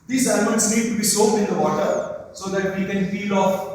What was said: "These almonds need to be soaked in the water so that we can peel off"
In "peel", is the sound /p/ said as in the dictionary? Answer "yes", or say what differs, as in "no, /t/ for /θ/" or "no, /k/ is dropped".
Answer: no, /f/ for /p/